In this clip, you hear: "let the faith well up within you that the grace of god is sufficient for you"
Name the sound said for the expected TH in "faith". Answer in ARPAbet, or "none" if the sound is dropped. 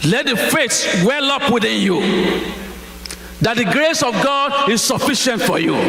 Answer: S